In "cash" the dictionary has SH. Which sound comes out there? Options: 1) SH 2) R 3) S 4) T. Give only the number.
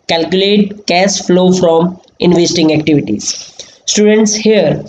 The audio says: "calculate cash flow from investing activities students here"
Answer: 3